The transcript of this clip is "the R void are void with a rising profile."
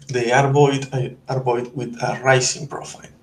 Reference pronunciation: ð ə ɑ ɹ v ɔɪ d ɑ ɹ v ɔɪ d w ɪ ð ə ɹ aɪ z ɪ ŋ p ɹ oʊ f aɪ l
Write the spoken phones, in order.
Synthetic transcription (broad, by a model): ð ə ɑ ɹ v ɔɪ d ɑ ɹ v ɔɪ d w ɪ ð ə ɹ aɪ s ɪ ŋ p ɹ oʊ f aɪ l